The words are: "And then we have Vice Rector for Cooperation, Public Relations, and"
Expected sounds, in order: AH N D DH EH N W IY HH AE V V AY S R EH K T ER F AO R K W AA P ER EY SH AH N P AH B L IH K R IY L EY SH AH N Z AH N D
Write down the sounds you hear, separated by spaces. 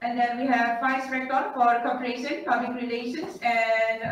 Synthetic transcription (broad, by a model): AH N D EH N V IY HH AE V F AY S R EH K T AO F AO R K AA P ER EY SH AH N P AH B L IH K R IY L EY SH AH N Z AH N D